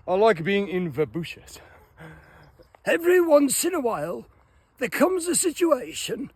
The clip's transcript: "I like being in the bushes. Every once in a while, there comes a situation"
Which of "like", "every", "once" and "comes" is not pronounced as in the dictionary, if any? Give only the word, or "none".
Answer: none